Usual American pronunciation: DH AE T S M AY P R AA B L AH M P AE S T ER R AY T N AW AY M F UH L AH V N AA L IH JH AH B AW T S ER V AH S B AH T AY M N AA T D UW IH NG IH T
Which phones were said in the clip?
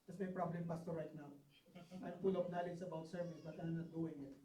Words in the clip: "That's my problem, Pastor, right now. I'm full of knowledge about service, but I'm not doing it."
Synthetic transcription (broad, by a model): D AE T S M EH P R AA B L AH M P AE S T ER R AY T N AW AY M P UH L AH P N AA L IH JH AH B AW T S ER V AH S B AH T AY M N AA T D UW IH NG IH T